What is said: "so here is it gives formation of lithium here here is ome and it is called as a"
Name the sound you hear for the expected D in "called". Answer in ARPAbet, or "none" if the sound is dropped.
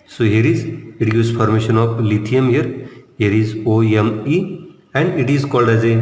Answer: D